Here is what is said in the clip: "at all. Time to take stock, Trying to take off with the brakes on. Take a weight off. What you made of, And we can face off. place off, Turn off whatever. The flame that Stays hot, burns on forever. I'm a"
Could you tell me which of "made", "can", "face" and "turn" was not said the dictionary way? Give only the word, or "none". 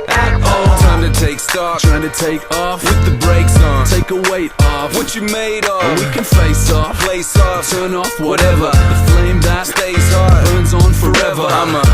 made